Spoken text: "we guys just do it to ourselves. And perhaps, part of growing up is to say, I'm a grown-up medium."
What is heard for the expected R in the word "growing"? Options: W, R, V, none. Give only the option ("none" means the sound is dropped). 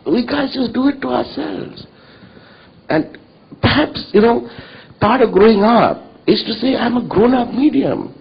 R